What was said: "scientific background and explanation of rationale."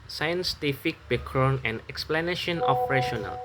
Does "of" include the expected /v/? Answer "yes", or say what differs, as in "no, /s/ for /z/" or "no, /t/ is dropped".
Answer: no, /p/ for /v/